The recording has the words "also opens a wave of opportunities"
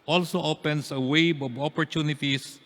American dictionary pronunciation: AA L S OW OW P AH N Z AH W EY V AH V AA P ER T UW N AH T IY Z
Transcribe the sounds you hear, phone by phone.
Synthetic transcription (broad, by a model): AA L S OW OW P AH N S AH W EY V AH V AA P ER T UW N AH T IY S